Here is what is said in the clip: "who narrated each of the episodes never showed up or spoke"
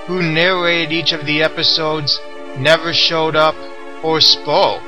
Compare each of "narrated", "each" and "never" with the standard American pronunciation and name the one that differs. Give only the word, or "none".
none